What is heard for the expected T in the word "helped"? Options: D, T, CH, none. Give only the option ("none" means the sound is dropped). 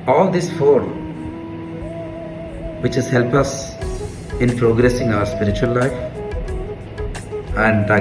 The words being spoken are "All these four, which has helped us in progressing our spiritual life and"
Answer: none